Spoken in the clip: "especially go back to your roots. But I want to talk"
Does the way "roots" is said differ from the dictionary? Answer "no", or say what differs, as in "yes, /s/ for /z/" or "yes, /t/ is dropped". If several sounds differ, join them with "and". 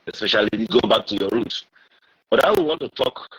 yes, /s/ is dropped